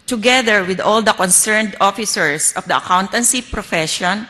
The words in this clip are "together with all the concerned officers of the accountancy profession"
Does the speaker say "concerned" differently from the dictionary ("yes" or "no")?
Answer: no